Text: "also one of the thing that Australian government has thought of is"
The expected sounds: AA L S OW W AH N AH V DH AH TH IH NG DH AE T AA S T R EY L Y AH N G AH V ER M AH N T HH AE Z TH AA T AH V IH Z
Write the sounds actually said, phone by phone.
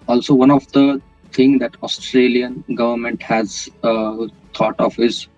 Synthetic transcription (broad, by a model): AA L S OW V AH N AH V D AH T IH NG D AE T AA S T R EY L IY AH N G AH V ER M AH N T HH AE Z T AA T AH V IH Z